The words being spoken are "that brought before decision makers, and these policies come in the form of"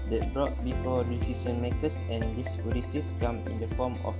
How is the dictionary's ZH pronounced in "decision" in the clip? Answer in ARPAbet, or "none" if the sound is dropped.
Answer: S